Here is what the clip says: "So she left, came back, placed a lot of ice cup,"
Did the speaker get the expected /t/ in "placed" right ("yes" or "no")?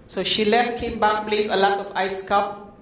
no